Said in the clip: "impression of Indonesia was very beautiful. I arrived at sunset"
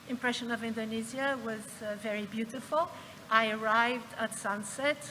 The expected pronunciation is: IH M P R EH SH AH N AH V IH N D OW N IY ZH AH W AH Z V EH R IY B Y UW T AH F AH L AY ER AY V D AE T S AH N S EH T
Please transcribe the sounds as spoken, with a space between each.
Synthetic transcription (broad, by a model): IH M P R EH SH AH N AH V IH N D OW N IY Z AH W AH Z V EH R IY B Y UW T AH F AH L AY ER AY V D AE T S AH N S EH T